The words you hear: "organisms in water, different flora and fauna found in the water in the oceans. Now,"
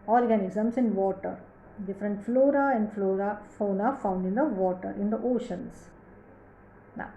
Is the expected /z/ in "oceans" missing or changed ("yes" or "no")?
yes